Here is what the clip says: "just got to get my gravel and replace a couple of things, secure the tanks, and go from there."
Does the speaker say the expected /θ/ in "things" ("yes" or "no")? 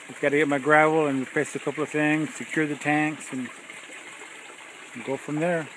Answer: yes